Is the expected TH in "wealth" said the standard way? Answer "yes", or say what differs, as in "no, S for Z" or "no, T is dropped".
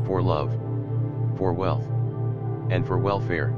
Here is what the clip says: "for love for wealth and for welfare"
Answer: yes